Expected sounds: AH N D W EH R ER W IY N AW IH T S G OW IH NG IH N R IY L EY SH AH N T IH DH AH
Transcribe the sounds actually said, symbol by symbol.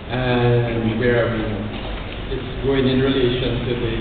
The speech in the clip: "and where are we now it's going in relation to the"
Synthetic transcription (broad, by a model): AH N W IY W ER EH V IH T S G OW IH NG IH N R IY L EY SH AH N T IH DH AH